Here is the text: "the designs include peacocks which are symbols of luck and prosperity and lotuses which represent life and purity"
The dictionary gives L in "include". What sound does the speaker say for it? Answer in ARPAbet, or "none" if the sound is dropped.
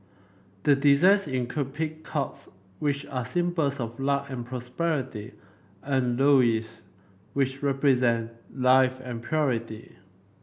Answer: none